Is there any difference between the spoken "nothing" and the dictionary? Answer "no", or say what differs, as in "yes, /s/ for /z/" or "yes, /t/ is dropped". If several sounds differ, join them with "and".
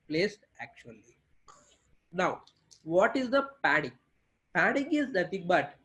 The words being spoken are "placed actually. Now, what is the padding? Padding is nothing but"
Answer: yes, /t/ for /θ/